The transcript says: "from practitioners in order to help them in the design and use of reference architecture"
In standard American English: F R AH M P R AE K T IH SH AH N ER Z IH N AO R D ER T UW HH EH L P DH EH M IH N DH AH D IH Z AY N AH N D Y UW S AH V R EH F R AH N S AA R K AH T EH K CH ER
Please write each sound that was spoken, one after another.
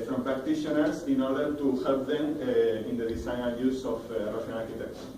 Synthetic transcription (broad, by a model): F R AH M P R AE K T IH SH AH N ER S IH N AO R D ER T UW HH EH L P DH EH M IH N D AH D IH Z AY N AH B Y UW S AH F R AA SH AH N AA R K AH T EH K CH